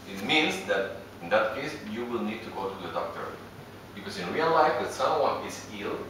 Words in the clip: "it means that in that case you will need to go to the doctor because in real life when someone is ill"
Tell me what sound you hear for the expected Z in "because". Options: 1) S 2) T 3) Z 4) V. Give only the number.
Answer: 1